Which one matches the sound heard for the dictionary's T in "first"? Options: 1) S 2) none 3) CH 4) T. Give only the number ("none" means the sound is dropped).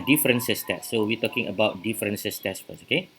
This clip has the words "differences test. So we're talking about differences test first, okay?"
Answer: 2